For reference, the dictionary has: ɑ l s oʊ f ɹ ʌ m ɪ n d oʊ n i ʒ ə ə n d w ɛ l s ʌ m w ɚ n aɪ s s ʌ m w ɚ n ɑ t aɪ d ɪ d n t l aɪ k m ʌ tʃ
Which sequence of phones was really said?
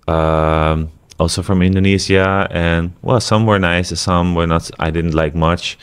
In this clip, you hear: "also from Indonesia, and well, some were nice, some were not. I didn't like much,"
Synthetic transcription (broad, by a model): ɑ l s oʊ f ɹ ʌ m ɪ n d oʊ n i z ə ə n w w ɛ l s ʌ m w ɚ n aɪ s s ʌ m w ɚ n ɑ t aɪ d ɪ d n t l aɪ k m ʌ tʃ